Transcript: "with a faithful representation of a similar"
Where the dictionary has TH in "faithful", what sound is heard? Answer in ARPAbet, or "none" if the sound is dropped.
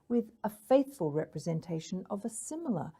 TH